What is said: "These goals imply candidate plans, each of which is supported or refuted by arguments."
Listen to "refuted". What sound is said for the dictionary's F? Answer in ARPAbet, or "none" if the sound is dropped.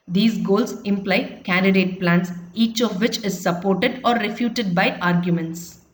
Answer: F